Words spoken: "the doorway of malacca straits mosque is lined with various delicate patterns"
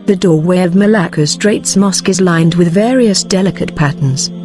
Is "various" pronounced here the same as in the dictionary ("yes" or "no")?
yes